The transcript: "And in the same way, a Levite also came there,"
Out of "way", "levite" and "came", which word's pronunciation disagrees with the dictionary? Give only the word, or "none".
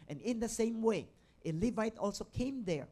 none